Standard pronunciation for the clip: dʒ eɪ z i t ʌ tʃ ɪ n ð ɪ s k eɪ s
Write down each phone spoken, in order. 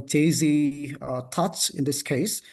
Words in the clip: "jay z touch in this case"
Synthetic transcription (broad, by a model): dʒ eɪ z i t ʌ s ɪ n ð ɪ s k eɪ s